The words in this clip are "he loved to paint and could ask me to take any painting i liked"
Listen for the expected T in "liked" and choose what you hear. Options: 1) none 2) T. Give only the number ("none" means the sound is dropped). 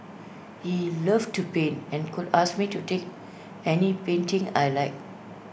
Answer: 1